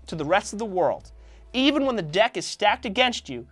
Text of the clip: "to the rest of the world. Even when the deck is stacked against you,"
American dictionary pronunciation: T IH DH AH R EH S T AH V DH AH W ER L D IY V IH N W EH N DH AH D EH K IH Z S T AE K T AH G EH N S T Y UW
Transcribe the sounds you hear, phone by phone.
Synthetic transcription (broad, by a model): T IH DH AH R EH S T AH V DH AH W ER L D IY V IH N W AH N DH AH D EH K IH Z S T AE K T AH G EH N S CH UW